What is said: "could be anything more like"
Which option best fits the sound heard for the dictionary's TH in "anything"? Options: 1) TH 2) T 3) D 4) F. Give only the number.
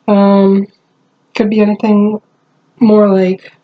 1